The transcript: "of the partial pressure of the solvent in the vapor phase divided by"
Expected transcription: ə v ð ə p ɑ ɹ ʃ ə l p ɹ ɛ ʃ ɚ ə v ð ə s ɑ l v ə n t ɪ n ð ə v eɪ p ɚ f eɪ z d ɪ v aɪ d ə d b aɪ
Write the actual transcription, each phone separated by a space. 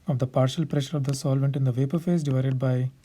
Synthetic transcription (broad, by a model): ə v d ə p ɑ ɹ ʃ ə l p ɹ ɛ ʃ ɚ ə v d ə s ɑ l v ə n t ɪ n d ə v eɪ p ɚ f eɪ s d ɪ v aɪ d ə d b aɪ